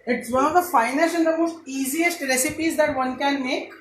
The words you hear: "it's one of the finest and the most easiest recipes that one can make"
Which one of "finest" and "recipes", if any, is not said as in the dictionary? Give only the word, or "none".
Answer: finest